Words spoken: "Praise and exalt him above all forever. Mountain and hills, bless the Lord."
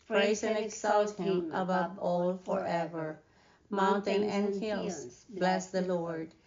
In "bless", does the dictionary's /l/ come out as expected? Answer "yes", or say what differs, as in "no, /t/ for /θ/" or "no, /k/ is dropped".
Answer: yes